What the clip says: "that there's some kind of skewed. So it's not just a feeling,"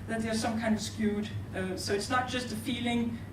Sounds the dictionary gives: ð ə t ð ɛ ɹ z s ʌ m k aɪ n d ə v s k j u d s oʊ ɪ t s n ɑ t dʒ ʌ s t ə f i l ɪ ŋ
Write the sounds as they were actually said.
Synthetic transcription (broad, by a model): ð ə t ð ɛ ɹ s ʌ m k aɪ n d ə v s k j u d s oʊ ɪ t s n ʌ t dʒ ʌ s t ə f i l ɪ ŋ